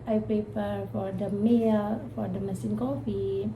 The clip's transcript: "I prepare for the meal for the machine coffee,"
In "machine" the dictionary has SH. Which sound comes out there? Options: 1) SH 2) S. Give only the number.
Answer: 2